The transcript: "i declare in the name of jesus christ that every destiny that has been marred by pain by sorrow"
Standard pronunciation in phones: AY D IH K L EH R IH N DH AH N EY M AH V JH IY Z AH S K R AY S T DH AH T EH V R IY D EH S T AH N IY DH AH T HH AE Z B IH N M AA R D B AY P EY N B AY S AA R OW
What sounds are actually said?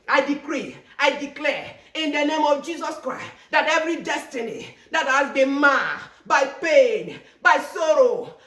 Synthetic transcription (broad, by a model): AY D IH K L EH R IH N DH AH N EY M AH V JH IY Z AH S K R AY S T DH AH T EH V R IY D EH S T AH N IY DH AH T HH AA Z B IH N M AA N B AY P EY N B AY S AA R OW